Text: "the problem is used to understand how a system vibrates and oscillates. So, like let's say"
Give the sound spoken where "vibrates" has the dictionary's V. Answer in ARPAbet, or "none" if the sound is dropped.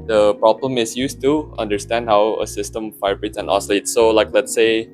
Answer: F